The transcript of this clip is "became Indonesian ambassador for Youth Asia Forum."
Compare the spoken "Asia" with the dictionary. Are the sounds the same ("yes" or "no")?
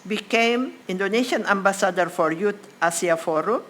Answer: no